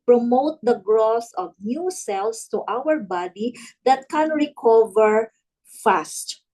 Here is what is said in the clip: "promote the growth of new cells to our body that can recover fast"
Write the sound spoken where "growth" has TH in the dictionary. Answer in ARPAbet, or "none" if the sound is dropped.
S